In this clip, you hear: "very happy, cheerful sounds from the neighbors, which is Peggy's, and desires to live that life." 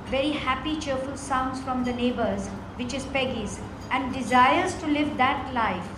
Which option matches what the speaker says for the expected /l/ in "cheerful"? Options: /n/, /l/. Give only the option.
/l/